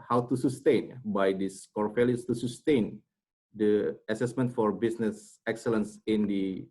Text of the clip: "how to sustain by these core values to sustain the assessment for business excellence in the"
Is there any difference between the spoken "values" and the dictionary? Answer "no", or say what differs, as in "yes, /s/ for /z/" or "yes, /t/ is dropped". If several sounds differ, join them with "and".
yes, /f/ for /v/